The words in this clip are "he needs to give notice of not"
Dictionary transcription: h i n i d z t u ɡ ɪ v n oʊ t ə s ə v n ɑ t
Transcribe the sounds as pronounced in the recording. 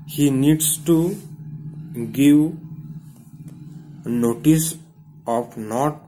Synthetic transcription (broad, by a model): h i n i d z t u ɡ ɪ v n oʊ t ə s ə p n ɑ t